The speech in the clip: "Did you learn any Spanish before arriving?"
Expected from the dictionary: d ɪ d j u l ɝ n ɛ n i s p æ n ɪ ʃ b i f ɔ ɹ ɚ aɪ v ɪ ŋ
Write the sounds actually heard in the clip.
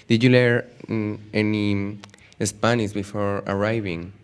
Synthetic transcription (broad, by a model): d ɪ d j u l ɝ ɛ n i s p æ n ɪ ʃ b i f ɔ ɹ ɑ aɪ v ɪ ŋ